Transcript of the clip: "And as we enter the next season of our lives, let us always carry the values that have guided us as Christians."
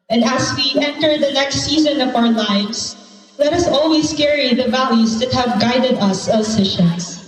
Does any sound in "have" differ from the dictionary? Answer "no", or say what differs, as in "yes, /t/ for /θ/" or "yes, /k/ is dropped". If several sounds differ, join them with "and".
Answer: no